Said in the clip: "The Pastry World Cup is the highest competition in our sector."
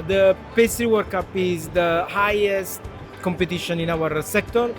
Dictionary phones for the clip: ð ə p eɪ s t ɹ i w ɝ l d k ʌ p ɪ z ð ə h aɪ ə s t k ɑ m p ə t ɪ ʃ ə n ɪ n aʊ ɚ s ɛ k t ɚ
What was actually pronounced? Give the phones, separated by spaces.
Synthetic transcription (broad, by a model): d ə p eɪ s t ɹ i w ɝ d k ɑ p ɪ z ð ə h aɪ ə s t k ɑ m p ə t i ʃ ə n ɪ n aʊ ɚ s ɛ k t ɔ